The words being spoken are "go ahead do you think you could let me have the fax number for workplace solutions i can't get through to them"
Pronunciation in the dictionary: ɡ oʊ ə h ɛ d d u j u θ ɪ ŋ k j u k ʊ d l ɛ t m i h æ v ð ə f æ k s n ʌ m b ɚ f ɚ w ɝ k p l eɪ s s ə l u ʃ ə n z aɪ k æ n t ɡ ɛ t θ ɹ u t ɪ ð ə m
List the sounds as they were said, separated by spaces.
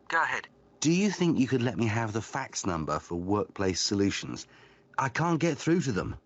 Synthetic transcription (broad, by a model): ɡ oʊ ə h ɛ d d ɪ j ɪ θ ɪ ŋ k j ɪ k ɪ d l ɛ t m i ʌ v ð ə f æ k s n ʌ m b ɚ f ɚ w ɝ k p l eɪ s s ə l u ʃ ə n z aɪ k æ n ɡ ɛ t θ ɹ u t ɪ ð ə m